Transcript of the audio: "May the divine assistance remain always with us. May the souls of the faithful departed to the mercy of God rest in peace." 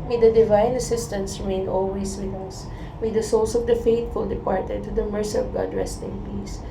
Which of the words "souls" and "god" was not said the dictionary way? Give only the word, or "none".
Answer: souls